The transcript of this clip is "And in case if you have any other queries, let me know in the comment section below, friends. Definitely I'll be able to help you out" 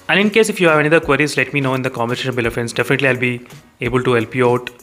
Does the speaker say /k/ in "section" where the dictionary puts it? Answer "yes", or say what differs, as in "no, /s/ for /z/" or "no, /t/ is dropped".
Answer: no, /k/ is dropped